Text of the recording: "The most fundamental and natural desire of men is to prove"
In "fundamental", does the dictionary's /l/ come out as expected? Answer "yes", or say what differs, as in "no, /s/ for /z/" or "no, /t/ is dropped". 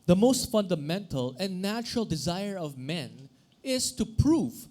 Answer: yes